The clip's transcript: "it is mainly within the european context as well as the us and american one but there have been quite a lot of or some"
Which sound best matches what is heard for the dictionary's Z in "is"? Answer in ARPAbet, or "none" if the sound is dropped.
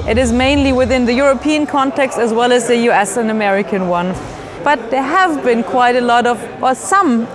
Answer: Z